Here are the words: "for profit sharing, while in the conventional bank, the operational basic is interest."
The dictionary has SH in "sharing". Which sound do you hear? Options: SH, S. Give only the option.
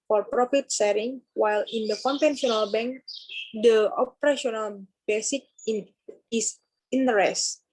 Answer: S